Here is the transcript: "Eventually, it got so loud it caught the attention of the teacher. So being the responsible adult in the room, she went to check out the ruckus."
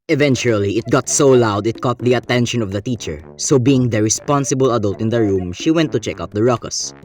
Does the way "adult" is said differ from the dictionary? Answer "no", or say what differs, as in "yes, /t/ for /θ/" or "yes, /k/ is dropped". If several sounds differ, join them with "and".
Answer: no